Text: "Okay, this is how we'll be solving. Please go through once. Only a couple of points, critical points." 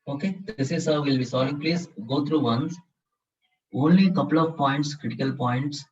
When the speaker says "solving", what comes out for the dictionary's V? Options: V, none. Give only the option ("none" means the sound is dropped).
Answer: none